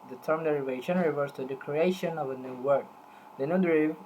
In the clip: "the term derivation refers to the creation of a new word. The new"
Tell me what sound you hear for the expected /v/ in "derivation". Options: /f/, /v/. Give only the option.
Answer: /v/